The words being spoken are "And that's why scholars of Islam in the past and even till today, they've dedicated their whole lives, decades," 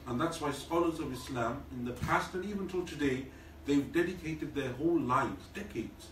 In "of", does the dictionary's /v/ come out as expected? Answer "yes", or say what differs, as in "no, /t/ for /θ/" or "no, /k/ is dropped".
yes